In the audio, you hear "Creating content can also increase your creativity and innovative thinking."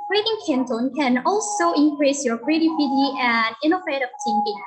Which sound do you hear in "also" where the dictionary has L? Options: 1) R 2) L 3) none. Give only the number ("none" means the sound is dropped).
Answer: 2